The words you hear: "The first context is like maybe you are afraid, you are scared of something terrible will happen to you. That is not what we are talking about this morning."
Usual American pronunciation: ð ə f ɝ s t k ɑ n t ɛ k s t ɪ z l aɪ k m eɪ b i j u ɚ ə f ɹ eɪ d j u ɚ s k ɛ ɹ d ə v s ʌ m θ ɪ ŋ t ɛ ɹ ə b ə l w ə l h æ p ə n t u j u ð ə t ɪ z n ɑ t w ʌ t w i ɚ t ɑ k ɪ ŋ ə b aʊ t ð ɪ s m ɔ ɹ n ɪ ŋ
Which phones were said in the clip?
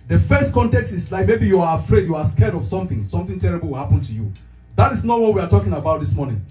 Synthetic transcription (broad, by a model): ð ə f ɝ s t k ɑ n t ɛ k s t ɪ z l aɪ k m eɪ b i j u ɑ ə f ɹ eɪ d j u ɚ s k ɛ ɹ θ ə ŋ s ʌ m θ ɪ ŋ t ɛ ɹ ə b ə l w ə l h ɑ p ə n t u j u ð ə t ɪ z n ɑ t w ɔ t w i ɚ t ɑ k ɪ ŋ ə b aʊ t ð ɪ s m ɔ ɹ n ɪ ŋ